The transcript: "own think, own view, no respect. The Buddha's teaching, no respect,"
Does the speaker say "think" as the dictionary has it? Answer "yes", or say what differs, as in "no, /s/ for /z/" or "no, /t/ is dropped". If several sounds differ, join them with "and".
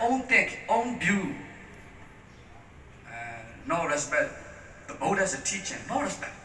no, /t/ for /θ/ and /ŋ/ is dropped